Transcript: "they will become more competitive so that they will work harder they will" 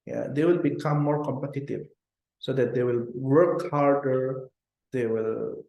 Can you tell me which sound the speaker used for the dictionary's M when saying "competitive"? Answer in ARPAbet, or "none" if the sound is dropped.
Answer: M